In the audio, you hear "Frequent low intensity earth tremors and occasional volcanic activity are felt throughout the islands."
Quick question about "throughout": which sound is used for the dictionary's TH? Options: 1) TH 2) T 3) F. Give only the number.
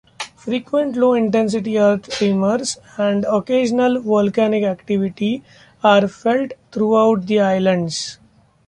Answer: 2